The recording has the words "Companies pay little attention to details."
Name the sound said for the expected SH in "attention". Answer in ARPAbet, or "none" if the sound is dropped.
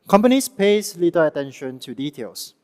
SH